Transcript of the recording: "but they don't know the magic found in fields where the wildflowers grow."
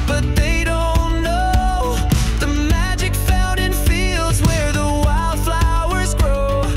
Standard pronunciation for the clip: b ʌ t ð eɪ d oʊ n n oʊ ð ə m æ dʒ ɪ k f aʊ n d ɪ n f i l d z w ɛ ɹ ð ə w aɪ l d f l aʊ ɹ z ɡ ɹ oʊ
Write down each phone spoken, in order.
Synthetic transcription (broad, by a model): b ʌ t ð eɪ d oʊ n n oʊ ð ə m æ dʒ ɪ k f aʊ n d ɪ n f i l d z w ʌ ɹ ð ə w aɪ l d f l aʊ ɹ z ɡ ɹ oʊ